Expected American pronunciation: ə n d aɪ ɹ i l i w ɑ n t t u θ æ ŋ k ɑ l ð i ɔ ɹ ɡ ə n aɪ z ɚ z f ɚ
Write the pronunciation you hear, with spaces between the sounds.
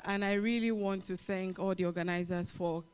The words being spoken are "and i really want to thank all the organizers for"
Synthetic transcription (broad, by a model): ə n aɪ ɹ i l i w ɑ n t t u θ æ ŋ k ɑ l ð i ɔ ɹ ɡ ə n aɪ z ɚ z f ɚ